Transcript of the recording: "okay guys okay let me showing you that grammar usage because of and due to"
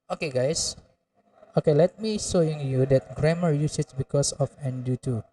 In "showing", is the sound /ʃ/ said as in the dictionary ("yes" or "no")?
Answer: no